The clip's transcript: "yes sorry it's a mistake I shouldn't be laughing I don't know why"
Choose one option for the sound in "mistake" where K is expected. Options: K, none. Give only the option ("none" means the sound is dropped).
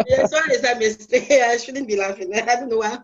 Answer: none